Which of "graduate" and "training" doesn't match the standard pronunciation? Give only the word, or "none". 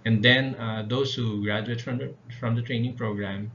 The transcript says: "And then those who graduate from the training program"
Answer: none